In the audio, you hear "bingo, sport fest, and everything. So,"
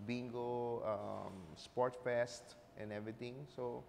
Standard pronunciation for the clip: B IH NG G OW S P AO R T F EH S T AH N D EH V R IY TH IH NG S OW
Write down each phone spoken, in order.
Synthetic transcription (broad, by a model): B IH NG G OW S P AO R T F EH S T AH N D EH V R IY T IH NG S OW